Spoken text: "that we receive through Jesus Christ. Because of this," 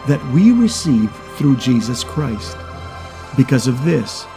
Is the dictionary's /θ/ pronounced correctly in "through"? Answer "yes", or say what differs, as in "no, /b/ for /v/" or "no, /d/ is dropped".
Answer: yes